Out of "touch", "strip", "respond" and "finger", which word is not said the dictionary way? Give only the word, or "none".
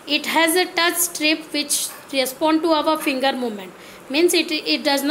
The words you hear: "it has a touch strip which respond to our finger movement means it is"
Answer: none